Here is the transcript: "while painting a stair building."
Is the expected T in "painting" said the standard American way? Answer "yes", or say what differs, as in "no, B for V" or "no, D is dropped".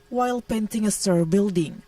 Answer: yes